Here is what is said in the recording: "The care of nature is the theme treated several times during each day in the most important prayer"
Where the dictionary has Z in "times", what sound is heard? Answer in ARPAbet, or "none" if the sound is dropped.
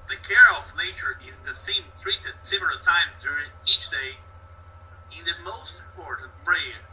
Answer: Z